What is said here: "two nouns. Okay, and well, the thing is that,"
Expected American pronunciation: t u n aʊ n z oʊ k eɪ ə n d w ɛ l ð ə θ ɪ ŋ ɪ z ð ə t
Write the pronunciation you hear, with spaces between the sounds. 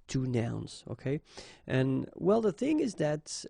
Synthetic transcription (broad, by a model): t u n aʊ n z oʊ k eɪ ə n w ɛ l ð ə θ ɪ ŋ ɪ z ð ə t